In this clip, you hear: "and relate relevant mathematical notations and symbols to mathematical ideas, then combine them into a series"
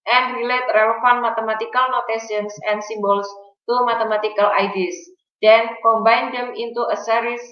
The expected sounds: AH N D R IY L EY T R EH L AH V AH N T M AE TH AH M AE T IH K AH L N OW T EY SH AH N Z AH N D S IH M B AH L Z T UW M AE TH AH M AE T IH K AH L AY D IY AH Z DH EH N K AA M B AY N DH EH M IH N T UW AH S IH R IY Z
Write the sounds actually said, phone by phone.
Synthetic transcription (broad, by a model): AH N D R IY L EY T R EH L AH F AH N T M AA T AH M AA T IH K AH L N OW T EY S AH N S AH N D S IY M B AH L S T UW M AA T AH M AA T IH K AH L AY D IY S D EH N K AA M B AY N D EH M IH N T UW AH S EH R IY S